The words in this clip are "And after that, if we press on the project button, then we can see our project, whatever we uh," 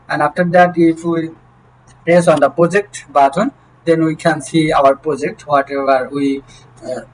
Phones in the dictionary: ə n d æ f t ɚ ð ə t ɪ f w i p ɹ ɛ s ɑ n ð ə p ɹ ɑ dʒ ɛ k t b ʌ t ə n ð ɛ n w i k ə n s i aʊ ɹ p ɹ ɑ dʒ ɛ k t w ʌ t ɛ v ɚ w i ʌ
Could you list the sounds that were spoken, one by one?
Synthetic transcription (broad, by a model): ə n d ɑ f t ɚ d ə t ɪ f w i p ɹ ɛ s ɑ n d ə p ɹ ɑ dʒ ɛ k t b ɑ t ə n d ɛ n w i k ə n s i aʊ ɹ p ɹ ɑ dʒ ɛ k t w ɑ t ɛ ɚ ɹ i